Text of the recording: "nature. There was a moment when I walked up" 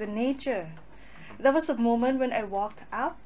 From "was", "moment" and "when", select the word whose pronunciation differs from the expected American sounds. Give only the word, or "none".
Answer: was